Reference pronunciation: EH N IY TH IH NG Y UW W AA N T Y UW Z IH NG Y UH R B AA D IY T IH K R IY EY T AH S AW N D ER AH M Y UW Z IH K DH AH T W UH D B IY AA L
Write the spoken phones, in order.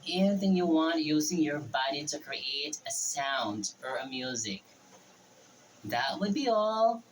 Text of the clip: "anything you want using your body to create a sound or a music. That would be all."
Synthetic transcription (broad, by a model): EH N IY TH IH NG Y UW W AA N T Y UW Z IH NG Y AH R B AA D IY T IH K R IY EY T AH S AW N D ER AH M Y UW Z IH K DH AH T W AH D B IY AA L